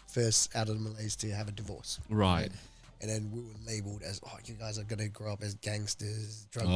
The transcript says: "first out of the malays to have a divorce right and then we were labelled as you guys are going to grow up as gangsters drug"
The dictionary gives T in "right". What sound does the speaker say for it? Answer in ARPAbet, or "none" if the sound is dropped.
T